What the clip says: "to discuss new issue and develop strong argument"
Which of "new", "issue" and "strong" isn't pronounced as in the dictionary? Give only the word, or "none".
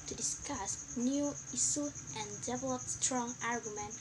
issue